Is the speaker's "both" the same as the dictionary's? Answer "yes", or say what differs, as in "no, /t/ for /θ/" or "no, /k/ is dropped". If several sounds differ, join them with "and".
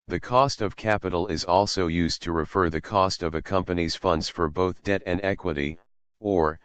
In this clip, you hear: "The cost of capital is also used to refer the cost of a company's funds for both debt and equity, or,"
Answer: yes